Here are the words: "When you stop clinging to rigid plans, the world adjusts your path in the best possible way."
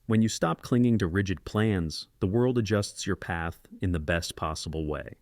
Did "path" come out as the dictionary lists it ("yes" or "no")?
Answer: yes